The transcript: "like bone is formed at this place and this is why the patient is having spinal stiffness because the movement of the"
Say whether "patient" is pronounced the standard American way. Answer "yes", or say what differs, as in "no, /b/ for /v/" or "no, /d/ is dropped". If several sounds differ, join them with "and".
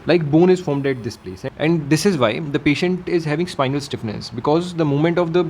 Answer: yes